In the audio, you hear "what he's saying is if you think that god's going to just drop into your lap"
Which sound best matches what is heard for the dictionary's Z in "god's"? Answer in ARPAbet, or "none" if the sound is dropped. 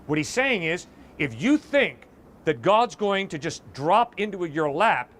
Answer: Z